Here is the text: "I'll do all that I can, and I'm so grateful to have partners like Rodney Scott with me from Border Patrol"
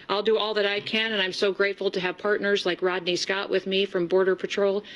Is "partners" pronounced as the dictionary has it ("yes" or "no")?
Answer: yes